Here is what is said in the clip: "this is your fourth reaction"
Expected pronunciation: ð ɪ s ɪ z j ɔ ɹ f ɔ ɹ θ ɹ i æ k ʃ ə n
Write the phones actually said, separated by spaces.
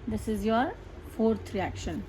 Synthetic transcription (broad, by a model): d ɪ s ɪ z j ɔ ɹ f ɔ ɹ t ɹ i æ k ʃ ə n